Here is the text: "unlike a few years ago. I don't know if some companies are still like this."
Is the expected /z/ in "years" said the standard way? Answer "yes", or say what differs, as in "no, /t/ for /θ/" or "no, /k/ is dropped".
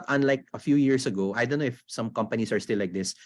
no, /s/ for /z/